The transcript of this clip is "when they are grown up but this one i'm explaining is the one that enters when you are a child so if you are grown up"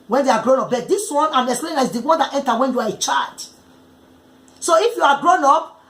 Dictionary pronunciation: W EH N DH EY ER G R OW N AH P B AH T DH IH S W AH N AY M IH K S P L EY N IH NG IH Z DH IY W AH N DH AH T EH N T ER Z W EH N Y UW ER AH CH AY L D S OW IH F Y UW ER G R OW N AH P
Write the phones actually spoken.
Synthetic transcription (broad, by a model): W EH N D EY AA G R OW N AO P B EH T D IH S W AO N AY M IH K S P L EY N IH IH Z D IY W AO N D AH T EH N T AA W EH N Y UW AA AH CH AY D S OW IH F Y UW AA G R OW N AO P